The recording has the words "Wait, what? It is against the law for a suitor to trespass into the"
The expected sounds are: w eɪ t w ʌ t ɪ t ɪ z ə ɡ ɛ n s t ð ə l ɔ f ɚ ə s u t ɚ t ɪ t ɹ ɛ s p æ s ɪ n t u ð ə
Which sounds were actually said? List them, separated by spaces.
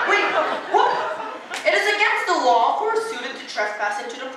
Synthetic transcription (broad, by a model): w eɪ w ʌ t ɪ t ɪ z ə ɡ ɛ n s t ð ə l ɔ f ɚ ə s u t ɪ t ɪ t ɹ ɛ s p æ s ɪ n t u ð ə